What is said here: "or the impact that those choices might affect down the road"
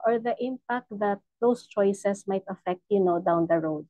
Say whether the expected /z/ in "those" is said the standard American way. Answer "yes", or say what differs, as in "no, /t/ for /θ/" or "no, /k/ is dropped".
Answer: no, /s/ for /z/